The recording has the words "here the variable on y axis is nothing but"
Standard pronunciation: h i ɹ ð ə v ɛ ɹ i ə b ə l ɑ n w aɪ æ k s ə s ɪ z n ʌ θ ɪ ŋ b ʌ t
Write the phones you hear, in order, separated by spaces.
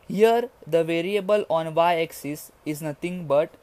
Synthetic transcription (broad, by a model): h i ɹ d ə v ɛ ɹ i ə b ə l ɑ n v aɪ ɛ k s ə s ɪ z n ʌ t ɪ ŋ b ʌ t